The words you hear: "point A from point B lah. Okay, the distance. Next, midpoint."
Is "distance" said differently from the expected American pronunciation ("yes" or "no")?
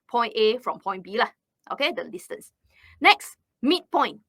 yes